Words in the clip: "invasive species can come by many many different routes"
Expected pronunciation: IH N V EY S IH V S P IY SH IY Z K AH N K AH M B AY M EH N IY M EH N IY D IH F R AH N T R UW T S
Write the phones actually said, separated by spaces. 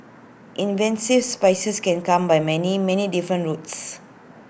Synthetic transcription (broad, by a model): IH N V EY S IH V S P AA S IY S K AH N K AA M B AY M EH N IY M EH N IY D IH F R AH N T R UW T S